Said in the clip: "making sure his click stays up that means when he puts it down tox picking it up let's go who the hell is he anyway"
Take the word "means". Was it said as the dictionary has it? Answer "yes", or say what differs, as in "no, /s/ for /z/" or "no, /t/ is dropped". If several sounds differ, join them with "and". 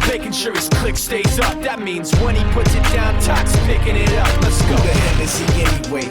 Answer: yes